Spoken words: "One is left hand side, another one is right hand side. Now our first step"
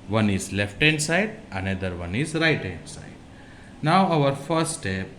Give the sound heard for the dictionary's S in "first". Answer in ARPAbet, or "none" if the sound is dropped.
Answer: none